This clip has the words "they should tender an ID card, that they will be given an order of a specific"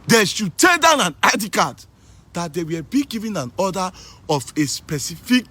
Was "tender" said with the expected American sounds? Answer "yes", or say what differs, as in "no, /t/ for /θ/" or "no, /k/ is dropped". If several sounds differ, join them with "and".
no, /n/ is dropped